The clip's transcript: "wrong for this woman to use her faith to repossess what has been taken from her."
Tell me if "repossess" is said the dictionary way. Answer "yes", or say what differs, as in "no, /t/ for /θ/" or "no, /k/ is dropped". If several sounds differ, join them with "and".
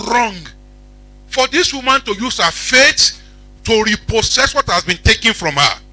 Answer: no, /s/ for /z/